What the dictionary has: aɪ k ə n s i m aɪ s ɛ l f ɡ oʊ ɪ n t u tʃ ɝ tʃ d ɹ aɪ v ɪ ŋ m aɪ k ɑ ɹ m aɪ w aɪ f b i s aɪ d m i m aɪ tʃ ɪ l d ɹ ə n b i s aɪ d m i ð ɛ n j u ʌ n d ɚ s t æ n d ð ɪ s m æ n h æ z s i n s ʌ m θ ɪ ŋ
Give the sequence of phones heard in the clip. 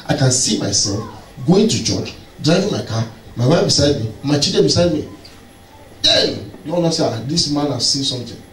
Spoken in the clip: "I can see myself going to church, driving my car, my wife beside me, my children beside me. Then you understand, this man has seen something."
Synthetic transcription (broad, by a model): aɪ k ə n s i m aɪ s ɛ l f ɡ oʊ ɪ n t u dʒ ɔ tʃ d ɹ aɪ v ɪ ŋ m aɪ k ɑ m aɪ w aɪ f b i s aɪ d m i m aɪ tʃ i d ə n b i s aɪ d m i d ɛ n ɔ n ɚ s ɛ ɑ d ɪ s m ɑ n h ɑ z s i n s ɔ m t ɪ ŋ